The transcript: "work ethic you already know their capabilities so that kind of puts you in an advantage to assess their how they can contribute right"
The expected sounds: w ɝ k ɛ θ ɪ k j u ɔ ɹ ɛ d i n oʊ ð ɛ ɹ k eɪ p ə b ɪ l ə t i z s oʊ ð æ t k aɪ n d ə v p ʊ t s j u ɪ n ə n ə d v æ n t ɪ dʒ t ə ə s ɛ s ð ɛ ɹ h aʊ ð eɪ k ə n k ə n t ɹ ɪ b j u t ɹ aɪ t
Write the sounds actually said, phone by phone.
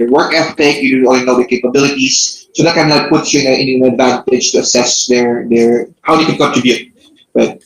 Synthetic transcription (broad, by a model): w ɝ k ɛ t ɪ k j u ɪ ɔ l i n oʊ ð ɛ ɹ k eɪ p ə b ɪ l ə t i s s oʊ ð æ t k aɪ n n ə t p ʊ t s j u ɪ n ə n ə d v æ n t ɪ dʒ t ə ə s ɛ s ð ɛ ɹ h aʊ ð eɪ k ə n k ə n t ɹ ɪ b j u t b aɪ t